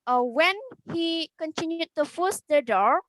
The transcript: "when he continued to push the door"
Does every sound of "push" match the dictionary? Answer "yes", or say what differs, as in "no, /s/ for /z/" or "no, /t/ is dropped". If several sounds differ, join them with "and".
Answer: no, /f/ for /p/